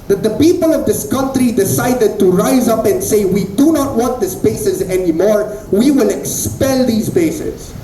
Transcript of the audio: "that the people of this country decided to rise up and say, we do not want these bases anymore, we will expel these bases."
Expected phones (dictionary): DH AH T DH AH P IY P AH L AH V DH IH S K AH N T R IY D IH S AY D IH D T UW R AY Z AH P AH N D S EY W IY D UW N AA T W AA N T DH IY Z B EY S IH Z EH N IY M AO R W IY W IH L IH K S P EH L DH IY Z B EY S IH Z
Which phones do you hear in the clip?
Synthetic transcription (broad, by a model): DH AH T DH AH P IY P AH L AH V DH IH S K AH N T R IY D IH S AY D IH D T UW R AY Z AH P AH N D S EY W IY D UW N AA T W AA N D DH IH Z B EY S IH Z EH N IY M AO R W IY W IH L IH K S P EH L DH IY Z B EY S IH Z